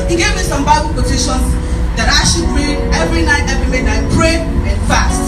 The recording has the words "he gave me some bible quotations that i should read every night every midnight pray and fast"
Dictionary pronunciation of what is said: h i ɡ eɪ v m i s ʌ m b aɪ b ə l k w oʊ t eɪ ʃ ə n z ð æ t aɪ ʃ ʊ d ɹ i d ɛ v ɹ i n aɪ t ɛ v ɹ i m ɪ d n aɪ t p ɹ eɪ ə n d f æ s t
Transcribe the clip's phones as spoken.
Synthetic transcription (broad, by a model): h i ɡ eɪ v m i s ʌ m b aɪ b ə l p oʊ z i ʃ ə n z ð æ t aɪ ʃ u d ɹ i ɛ v ɹ i n aɪ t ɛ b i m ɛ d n aɪ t p ɹ eɪ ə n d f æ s t